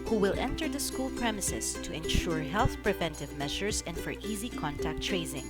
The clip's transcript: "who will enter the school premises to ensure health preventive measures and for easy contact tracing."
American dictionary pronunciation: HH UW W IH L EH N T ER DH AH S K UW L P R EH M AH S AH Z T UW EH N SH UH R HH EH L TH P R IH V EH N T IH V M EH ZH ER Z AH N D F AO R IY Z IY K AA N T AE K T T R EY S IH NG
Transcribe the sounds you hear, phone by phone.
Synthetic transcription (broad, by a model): HH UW W IH L EH N T ER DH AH S K UW L P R EH M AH S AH S T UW EH N SH UH R HH EH L TH P R IH V EH N T IH V M EH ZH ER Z AH N D F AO R IY Z IY K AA N T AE K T T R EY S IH NG